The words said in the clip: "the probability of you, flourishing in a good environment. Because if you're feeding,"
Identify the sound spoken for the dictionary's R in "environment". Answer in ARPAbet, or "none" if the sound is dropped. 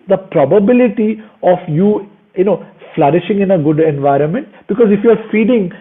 R